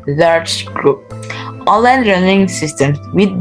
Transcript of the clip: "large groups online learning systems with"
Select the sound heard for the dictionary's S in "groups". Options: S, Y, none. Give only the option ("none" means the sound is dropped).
none